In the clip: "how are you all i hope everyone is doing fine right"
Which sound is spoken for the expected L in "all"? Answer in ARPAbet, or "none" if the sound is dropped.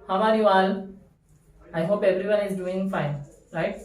N